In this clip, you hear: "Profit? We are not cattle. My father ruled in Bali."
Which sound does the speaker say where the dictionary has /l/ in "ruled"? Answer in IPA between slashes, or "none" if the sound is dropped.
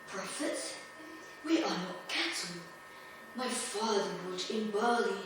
none